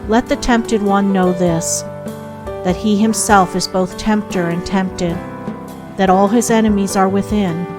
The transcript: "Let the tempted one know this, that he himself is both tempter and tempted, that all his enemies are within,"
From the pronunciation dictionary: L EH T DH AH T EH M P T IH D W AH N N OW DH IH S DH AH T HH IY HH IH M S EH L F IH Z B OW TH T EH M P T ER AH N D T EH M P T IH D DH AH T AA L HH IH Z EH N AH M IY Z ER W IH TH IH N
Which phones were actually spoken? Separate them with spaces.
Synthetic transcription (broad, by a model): L EH T DH AH T EH M P T IH D W AH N N OW DH IH S DH AH T HH IY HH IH M S EH L F IH Z B OW TH T EH M P T ER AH N T EH M P T IH D DH AH T AA L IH Z EH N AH M IY Z ER W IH TH IH N